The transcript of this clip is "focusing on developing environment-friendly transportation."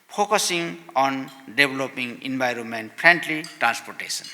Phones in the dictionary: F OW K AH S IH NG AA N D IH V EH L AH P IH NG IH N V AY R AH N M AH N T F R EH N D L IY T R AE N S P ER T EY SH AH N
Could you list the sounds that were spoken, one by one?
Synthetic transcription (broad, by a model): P OW K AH S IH NG AA N D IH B L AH P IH NG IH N B AY R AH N M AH N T P R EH N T L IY T R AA N S P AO T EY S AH N